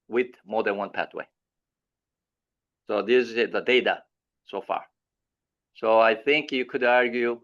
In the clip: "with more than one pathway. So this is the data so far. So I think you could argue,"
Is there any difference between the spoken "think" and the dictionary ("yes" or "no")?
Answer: no